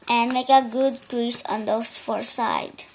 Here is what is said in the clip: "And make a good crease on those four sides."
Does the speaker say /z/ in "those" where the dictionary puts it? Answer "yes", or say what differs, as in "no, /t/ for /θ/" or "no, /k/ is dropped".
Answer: no, /s/ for /z/